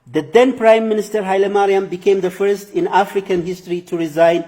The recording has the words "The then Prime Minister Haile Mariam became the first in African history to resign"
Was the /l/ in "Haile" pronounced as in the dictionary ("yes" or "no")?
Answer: yes